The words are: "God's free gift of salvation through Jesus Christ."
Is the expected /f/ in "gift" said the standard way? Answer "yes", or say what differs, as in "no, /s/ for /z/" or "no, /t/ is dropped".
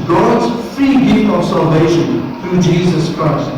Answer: no, /f/ is dropped